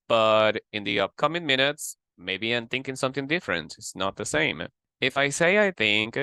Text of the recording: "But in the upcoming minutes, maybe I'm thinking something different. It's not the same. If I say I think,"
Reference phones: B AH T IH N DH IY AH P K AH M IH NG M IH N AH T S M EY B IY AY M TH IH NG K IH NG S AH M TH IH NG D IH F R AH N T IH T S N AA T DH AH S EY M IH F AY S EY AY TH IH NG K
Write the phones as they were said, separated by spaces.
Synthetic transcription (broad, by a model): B AH T IH N DH IY AH P K AH M IH NG M IH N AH T S M EY B IY AY M TH IH NG K IH NG S AH M TH IH NG D IH F R AH N T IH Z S N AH T DH AH S EY M IH F AY S EY AY TH IH NG K